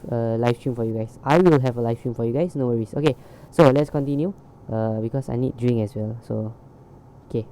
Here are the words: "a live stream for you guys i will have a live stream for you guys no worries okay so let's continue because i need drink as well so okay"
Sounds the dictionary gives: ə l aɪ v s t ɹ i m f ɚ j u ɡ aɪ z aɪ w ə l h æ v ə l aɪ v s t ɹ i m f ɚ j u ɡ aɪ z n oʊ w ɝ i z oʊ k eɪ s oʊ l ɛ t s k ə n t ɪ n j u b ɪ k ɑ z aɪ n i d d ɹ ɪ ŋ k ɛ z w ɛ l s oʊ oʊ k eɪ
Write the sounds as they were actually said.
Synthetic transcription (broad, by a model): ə l aɪ f s t ɹ i m f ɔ j u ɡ aɪ s aɪ w ə l h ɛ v ə l aɪ f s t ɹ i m f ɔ j u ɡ aɪ s n oʊ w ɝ i s oʊ k eɪ s oʊ l ɛ t s k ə n t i n j u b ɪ k ɑ s aɪ n i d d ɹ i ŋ ɛ s w ɛ l s oʊ oʊ k eɪ